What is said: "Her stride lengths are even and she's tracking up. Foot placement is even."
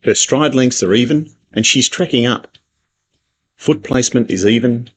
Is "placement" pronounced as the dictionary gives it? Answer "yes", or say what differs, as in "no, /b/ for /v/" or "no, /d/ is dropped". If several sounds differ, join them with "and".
yes